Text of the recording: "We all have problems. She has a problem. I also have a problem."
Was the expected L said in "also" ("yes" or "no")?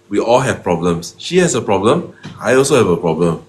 yes